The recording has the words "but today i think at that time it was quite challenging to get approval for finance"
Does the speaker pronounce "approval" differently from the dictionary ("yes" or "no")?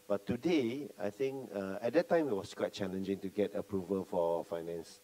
no